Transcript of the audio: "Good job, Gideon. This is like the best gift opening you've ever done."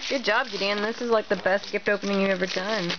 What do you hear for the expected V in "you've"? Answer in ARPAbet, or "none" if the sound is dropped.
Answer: none